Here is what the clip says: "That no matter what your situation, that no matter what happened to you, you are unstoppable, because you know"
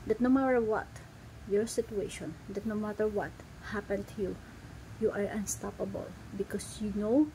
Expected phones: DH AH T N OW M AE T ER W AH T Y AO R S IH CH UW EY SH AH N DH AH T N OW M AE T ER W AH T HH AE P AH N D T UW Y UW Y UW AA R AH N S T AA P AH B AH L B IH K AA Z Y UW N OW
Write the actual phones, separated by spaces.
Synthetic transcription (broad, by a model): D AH T N OW M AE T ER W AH T Y AO R S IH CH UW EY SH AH N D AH T N OW M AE T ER W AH T HH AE P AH N T UW Y UW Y AA R AH N S T AA P AH B AH L B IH K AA S Y UW N OW